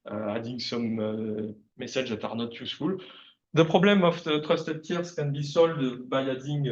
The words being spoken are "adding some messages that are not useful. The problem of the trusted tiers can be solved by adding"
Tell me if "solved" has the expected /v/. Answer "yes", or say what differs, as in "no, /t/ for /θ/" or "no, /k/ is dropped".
no, /v/ is dropped